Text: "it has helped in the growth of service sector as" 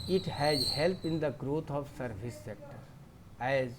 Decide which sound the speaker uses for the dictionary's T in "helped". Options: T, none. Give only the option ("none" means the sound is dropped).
none